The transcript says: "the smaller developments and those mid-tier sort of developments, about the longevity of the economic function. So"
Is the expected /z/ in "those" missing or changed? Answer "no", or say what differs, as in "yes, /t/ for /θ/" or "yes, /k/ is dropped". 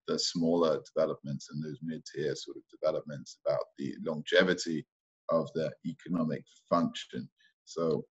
no